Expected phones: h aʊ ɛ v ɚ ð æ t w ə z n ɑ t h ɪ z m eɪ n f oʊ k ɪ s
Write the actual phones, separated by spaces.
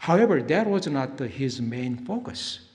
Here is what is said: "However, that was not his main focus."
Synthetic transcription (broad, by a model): h aʊ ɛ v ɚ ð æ t w ə z n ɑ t h ɪ z m eɪ n f oʊ k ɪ s